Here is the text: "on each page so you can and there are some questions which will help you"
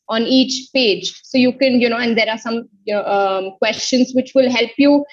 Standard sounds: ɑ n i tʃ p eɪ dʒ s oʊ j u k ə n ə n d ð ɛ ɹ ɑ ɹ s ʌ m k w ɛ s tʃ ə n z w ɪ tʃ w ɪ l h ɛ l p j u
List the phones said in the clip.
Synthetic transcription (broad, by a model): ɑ n i tʃ p eɪ dʒ s oʊ j u k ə n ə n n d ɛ ɹ ɑ ɹ s ʌ m k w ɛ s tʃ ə n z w ɪ tʃ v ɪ l h ɛ l p j u